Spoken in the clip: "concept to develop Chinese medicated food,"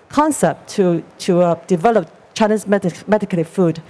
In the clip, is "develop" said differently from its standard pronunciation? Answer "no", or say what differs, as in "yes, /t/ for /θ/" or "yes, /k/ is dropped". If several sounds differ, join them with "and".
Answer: no